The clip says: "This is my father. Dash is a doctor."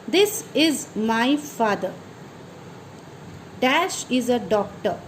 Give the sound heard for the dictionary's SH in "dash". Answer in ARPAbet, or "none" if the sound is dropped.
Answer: SH